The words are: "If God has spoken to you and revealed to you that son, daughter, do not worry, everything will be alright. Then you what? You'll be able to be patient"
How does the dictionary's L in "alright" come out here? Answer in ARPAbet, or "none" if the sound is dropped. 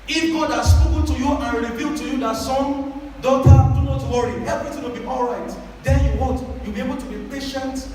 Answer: L